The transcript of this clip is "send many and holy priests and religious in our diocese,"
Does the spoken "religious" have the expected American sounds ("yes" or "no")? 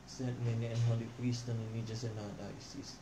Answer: no